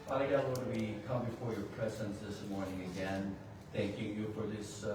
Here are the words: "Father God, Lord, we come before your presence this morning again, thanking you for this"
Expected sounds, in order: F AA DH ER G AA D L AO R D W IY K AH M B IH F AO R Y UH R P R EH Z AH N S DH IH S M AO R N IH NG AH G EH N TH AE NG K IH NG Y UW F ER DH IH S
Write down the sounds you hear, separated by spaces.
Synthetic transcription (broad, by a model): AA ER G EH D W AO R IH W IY K AH M B IH F AO R Y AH R P R EH Z AH N S DH IH S M AO R N IH NG AH G EH N TH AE NG K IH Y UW F ER DH IH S